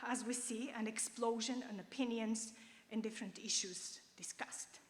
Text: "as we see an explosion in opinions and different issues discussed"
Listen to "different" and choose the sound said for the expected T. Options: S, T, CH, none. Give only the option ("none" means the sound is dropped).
T